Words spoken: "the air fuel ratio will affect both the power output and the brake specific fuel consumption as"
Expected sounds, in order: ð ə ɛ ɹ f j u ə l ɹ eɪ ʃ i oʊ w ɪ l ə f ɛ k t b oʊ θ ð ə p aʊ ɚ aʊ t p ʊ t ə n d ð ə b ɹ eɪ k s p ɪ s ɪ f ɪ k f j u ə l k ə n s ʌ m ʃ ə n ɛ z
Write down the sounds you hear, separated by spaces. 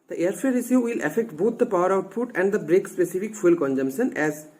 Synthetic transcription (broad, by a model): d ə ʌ ɹ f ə ɹ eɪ s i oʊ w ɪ l ə f ɛ k t b oʊ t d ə p aʊ ɚ aʊ t p ʊ t ə n d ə b ɹ eɪ k s p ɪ s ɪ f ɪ k f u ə l k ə n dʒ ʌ m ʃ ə n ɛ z